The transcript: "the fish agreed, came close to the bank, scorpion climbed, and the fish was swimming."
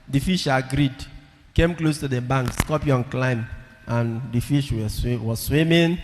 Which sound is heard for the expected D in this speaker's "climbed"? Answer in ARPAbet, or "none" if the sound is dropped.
none